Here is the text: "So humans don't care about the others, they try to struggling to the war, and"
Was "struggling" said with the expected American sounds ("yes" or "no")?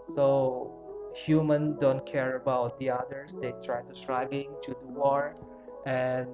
no